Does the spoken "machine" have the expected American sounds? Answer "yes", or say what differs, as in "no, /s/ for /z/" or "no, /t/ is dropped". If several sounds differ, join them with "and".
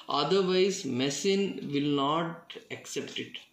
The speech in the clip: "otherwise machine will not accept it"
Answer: no, /s/ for /ʃ/